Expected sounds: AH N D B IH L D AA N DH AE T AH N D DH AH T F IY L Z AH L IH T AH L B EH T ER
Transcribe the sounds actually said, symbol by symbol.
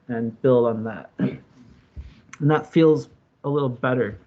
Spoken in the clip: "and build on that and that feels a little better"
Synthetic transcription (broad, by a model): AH N B IH L D N DH AE T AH N DH AH T F IY L Z AH L IH T L B EH T ER